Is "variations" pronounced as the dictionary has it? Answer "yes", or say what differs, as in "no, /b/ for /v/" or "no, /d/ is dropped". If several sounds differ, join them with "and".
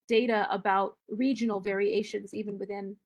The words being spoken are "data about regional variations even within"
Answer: yes